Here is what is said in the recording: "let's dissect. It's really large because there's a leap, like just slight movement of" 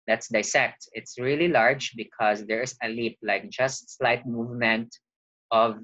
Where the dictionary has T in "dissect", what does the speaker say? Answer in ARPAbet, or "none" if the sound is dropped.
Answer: T